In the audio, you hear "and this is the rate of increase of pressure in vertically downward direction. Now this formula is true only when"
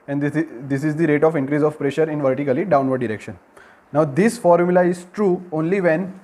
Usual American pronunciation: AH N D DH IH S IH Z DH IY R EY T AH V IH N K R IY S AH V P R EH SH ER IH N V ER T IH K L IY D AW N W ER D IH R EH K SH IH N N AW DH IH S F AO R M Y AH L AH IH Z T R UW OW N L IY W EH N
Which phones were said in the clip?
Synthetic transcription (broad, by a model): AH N D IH S IH Z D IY R EY T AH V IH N K R IY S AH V P R EH SH ER IH N V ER T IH K L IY D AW N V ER D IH R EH K SH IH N N AW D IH S F AO R M Y AH L AH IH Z T R UW OW N L IY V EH N